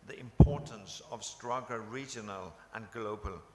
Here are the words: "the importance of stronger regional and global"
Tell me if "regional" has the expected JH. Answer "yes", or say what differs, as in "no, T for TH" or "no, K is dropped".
yes